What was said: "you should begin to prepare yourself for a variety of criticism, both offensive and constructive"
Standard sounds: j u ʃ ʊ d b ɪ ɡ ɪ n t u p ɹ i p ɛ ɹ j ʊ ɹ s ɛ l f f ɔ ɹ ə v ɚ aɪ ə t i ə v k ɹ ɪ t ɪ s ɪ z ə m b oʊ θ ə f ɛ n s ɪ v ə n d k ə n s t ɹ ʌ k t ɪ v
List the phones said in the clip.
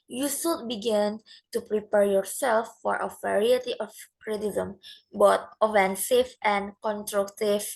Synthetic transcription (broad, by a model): j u s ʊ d b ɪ ɡ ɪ n t u p ɹ i p ɛ ɹ j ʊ ɹ s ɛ l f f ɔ ɹ ə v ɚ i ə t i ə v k ɹ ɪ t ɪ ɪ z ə m b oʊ t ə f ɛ n s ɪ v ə n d k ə n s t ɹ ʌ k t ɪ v